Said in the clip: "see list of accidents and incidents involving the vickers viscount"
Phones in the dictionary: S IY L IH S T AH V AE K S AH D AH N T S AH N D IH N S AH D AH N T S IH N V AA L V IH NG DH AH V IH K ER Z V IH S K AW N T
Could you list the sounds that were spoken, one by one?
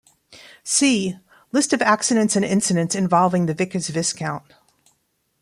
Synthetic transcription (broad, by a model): S IY L IH S T AH V AE K S AH D AH N T S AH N IH N S AH D AH N T S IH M V AA L V IH NG DH AH V IH K ER Z V IH S K AW N T